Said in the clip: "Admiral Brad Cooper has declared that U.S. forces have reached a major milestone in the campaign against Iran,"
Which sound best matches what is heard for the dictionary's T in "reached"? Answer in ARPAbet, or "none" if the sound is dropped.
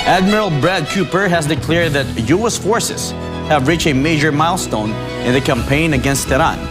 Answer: none